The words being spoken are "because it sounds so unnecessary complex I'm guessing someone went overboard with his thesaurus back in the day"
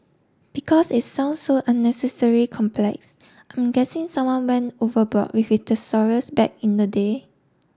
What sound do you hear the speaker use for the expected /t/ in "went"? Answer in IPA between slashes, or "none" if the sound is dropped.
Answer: none